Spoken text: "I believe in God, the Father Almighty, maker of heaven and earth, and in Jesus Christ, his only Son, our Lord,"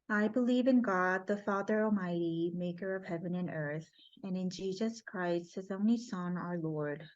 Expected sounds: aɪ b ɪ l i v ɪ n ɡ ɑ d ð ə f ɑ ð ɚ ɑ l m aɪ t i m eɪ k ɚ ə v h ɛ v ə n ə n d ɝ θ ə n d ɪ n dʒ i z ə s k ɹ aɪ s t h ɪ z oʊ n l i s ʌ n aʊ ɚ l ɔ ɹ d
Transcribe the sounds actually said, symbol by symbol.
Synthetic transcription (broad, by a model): aɪ b ɪ l i v ɪ n ɡ ɑ d ð ə f ɑ ð ɚ ɑ l m aɪ t i m eɪ k ɚ ə v h ɛ v ə n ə n ɝ θ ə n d ɪ n dʒ i z ə s k ɹ aɪ s t h ɪ z oʊ n l i s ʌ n aʊ ɚ l ɔ ɹ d